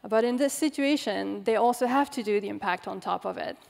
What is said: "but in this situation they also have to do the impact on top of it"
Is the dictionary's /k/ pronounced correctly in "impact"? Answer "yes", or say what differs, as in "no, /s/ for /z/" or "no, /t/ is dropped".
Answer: yes